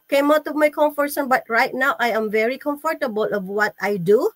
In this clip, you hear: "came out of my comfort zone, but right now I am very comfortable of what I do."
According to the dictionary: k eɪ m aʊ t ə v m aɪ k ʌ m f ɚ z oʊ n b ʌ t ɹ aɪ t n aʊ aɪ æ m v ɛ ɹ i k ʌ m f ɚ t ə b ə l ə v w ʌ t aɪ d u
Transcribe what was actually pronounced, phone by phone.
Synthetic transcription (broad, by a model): k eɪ m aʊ t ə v m aɪ k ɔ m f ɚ s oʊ n b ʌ t ɹ aɪ t n aʊ aɪ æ m v ɛ ɹ i k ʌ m f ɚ t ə b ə l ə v w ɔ t aɪ d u